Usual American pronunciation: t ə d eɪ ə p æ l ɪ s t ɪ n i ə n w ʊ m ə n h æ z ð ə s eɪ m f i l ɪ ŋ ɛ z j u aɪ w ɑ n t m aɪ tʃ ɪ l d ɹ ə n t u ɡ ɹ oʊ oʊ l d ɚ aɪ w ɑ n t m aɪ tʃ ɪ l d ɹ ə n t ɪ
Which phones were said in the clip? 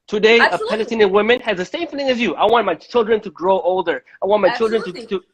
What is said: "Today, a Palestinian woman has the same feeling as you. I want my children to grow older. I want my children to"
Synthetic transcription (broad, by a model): t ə d eɪ ə p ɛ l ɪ t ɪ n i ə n w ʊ m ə n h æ z ð ə s eɪ m f i l ɪ ŋ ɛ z j u aɪ w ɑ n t m aɪ tʃ ɪ l d ɹ ə n t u ɡ ɹ oʊ oʊ l d ɚ aɪ w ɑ n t m aɪ tʃ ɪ l d ɹ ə n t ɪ